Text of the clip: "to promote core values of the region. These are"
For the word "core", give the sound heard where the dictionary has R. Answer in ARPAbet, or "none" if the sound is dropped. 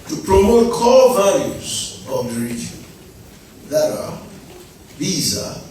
L